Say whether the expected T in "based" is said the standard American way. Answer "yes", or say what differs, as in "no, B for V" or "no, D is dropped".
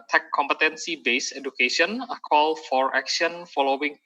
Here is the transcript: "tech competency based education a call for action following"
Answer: no, T is dropped